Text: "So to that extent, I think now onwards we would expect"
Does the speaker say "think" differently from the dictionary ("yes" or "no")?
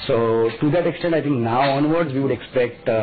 yes